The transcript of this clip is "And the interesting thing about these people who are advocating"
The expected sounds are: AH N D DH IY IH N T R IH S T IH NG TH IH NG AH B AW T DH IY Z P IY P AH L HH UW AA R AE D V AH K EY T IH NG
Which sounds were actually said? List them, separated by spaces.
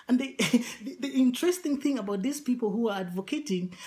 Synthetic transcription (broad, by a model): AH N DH DH IY IH N T R IH S T IH NG TH IH NG AH B AW T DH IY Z P IY P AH L HH UW AA R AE D V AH K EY T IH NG